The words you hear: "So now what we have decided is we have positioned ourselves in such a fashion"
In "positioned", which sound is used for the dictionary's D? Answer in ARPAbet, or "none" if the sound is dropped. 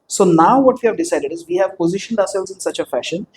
D